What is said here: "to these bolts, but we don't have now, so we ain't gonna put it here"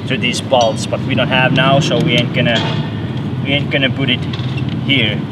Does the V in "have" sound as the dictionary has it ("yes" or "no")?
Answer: yes